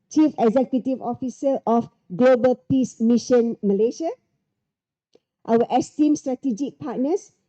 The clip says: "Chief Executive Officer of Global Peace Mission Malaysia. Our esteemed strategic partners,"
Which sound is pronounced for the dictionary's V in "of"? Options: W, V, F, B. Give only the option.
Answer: F